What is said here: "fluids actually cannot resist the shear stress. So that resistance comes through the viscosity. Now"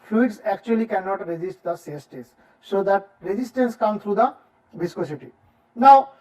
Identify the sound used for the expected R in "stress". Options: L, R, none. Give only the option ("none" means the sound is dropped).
none